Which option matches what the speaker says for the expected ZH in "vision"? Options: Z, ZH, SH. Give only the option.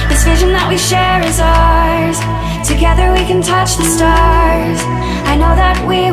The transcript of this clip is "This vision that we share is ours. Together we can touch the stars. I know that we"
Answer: ZH